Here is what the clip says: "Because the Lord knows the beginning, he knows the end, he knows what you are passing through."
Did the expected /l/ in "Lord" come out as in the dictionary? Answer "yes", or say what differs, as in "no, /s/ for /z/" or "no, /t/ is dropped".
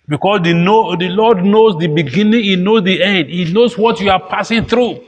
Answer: no, /n/ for /l/